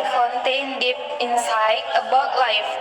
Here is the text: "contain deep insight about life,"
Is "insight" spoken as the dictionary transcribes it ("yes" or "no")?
no